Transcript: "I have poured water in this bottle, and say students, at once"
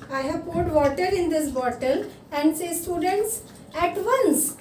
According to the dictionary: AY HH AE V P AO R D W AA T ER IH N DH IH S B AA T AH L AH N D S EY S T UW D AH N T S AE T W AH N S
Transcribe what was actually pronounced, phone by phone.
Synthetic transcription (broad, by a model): AY HH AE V P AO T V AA T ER IH N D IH S B AA T AH L AH N D S EY S T UW D AH N T S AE T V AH N S